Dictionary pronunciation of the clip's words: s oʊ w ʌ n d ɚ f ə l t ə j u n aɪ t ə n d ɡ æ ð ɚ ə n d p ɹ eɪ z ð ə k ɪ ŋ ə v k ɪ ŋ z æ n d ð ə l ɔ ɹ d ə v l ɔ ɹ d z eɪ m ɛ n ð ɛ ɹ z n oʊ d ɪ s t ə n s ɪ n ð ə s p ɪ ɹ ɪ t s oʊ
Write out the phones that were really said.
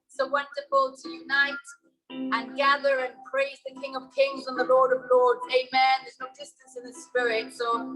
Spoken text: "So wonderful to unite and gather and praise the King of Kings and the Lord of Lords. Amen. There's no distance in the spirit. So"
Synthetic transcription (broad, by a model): s oʊ w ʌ n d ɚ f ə l t ə j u n aɪ t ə n ɡ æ ð ɚ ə n p ɹ eɪ z ð ə k ɪ ŋ ə v k ɪ ŋ z n ð ə l ɔ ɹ d ə v l ɔ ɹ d eɪ m ɛ n ð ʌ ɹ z n oʊ d ɪ s t ə n s ɪ n ð ə s p ɪ ɹ ɪ t s oʊ